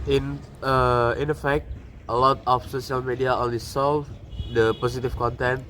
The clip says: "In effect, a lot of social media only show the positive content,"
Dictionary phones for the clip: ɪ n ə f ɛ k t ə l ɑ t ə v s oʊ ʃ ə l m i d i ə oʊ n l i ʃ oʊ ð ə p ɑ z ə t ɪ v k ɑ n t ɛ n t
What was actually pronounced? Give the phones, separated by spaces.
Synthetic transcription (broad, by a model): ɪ n ə f ɛ k t ə l ɑ t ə f s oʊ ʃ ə l m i d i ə oʊ n l i s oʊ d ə p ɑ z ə t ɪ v k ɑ n t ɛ n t